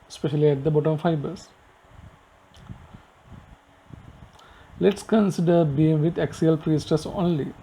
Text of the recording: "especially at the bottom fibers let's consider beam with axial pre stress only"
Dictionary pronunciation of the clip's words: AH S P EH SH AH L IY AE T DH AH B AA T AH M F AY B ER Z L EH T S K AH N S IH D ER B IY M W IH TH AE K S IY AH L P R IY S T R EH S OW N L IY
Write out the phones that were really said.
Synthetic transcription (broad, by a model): S P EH SH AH L IY AE T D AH B AA T AH M F AY B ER S L EH T S K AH N S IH D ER B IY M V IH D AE K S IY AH L P R IY S T AH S OW N L IY